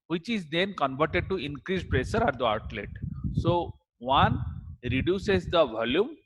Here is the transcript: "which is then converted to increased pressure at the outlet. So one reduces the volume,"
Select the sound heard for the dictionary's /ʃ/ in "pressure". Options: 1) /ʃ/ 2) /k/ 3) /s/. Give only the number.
3